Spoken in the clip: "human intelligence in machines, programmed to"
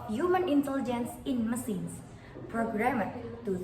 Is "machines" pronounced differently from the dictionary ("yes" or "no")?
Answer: yes